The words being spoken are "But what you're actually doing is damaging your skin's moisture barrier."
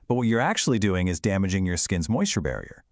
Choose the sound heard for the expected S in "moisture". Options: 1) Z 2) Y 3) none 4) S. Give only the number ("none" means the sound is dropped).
4